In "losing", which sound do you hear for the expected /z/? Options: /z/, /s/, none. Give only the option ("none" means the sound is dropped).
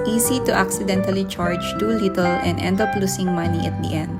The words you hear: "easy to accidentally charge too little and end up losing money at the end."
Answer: /s/